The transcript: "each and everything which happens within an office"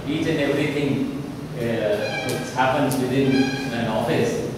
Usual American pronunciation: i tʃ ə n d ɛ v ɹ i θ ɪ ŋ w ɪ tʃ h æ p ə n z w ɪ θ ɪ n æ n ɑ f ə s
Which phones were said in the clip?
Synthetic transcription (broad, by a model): i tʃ ə n d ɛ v ɹ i t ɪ ŋ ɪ s h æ p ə n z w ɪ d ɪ n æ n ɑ f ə s